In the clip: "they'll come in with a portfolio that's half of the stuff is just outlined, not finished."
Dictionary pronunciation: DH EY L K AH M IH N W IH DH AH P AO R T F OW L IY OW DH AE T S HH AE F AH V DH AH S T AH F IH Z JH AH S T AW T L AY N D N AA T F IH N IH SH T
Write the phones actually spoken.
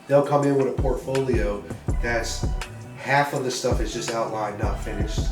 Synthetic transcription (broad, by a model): DH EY L K AH M IH N W IH DH AH P AO R T F OW L IY OW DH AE T S HH AE F AH V DH AH S T AH F IH Z JH AH S T AW T L AY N N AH T F IH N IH SH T